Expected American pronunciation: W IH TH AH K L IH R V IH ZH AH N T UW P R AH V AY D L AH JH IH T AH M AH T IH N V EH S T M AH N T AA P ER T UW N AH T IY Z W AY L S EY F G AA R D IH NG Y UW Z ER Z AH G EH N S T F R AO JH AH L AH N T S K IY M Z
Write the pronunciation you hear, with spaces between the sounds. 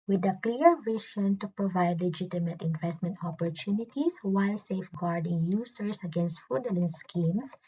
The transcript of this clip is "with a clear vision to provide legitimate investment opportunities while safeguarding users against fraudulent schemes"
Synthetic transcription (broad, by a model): W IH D AH K L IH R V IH SH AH N T UW P R AH V AY D L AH JH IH T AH M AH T IH N V EH S T M AH N T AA P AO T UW N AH T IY S W AY L S EY F G AA R D IH NG Y UW S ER S AH G EH N S T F UW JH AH L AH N S K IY M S